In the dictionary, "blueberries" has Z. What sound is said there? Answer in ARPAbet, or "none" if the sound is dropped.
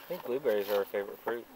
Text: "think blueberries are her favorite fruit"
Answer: Z